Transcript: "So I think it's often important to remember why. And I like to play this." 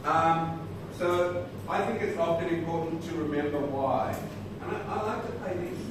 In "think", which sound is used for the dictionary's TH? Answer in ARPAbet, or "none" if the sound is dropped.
TH